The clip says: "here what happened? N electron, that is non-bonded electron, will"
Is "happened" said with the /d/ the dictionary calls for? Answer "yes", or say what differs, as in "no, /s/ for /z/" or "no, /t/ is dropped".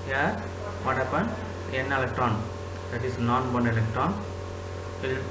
no, /d/ is dropped